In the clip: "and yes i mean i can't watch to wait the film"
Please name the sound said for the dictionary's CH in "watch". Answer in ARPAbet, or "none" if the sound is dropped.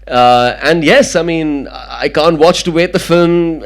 CH